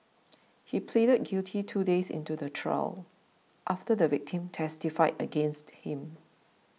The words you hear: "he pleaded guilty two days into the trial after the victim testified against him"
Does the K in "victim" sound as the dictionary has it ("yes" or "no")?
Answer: yes